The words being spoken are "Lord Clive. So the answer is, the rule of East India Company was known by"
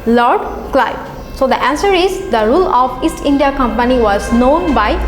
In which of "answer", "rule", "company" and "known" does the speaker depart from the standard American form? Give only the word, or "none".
none